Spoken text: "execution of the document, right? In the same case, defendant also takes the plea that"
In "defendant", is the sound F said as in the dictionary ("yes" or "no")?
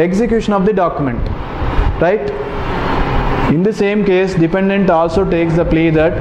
no